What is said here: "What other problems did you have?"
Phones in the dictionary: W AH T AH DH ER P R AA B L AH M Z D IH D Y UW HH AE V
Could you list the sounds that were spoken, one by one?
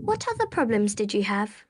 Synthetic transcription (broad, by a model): W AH T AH DH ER P R AA B L AH M Z D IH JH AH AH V